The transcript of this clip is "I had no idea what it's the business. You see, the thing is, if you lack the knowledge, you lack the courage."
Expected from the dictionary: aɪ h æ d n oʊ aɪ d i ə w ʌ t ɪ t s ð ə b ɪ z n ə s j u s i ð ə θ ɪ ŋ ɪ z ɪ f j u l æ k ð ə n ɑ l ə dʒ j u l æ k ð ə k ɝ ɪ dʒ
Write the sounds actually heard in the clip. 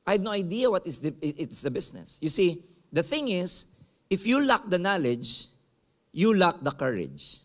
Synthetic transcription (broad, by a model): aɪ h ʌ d n oʊ aɪ d i ə w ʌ t ɪ t s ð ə b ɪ s n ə s j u s i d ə θ ɪ ŋ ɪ s ɪ f j u l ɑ k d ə n ɑ l ə dʒ j u l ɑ k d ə k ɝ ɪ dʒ